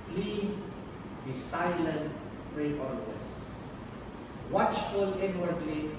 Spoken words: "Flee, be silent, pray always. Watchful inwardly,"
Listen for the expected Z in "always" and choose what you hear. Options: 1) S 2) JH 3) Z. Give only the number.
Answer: 1